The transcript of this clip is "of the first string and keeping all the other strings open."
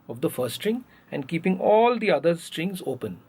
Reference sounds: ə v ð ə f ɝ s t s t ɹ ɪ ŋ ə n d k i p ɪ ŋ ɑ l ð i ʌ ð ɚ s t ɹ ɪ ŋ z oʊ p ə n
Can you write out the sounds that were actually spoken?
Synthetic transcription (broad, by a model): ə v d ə f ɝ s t s t ɹ ɪ ŋ ə n d k i p ɪ ŋ ɑ l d i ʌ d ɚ s t ɹ ɪ ŋ z oʊ p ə n